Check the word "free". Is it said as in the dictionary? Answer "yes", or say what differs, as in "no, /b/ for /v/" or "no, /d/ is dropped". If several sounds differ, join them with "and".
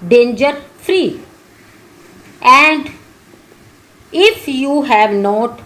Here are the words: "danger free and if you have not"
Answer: yes